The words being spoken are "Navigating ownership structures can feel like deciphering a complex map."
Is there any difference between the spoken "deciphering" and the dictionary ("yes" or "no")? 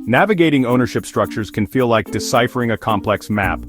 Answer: no